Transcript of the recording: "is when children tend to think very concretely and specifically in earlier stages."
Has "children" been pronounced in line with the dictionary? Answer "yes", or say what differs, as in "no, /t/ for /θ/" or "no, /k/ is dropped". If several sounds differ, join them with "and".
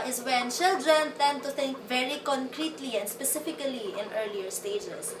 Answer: no, /ʃ/ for /tʃ/